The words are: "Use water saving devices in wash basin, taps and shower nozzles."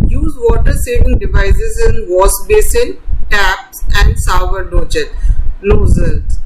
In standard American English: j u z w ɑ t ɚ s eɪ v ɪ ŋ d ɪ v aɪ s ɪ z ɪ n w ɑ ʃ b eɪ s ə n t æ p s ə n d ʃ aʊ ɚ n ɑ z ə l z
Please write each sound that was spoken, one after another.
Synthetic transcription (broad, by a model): j u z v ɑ t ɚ s eɪ v ɪ ŋ d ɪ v aɪ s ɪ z ɪ n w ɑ s b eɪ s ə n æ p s ə n d s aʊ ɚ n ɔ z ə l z